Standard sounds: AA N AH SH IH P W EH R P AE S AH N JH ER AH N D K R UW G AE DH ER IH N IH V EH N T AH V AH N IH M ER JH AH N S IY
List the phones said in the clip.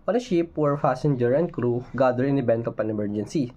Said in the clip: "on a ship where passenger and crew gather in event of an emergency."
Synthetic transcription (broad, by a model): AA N AH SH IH P W EH R F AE S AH N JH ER AH N D K R UW G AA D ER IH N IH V EH N T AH P AH N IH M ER JH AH N S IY